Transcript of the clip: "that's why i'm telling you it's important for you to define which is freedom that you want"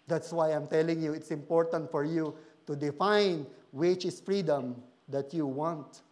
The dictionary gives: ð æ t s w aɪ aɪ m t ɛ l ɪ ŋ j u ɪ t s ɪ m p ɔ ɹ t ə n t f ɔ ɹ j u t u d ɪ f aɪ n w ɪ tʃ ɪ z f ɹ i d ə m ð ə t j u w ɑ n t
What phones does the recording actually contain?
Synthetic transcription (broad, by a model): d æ t s w aɪ aɪ m t ɛ l ɪ ŋ j u ɪ t s ɪ m p ɔ ɹ t ə n t f ɔ ɹ j u t u d ɪ f aɪ n w ɪ tʃ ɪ s f ɹ i d ə m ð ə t j u w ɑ n t